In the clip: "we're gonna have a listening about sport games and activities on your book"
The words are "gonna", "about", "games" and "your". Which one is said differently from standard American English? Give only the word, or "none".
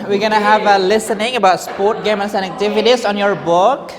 games